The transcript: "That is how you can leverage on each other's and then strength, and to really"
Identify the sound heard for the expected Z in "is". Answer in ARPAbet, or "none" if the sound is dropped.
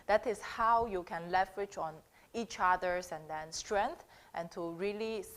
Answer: S